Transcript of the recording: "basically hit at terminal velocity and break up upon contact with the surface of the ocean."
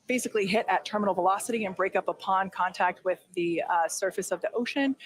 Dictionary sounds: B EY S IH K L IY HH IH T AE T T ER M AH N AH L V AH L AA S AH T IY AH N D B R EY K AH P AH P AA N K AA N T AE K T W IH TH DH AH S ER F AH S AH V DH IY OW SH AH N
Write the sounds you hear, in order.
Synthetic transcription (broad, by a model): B EY S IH K L IY HH IH T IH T T ER M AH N L V AH L AA S AH T IY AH N B R EY K AH P AH P AA N K AA N T AE K T W IH DH AH S ER F AH S AH V DH IY OW SH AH N